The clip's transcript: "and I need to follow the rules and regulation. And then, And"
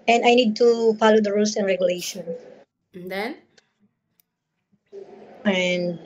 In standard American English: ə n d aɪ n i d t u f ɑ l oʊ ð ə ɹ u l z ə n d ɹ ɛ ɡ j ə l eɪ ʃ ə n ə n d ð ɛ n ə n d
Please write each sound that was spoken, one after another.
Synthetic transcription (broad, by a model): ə n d aɪ n i d t u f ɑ l oʊ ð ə ɹ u l s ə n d ɹ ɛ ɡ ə l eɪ ə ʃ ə n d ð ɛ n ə n d